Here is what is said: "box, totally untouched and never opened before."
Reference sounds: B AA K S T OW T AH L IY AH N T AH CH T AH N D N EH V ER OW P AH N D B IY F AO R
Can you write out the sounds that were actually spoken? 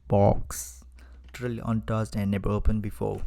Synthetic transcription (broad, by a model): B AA K S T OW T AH L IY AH N T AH S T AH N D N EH B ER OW P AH N B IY F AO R